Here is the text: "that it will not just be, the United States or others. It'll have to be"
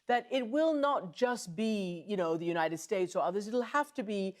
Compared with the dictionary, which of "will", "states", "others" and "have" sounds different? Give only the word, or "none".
have